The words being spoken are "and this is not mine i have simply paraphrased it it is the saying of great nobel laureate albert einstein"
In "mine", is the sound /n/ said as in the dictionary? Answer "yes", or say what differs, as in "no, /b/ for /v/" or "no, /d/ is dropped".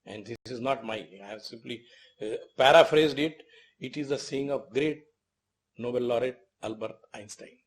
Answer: no, /n/ is dropped